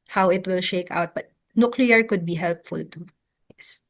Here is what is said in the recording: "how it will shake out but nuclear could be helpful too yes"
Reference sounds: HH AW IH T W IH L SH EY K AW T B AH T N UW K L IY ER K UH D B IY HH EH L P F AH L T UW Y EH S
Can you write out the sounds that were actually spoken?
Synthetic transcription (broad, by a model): HH AW IH T W IH L SH EY K AW T B AH T N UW K L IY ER K UH D B IY HH EH L P F AH L T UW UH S